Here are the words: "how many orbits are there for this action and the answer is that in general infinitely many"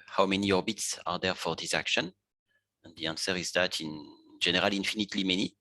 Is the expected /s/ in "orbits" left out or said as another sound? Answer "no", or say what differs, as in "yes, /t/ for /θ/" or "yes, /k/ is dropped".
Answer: no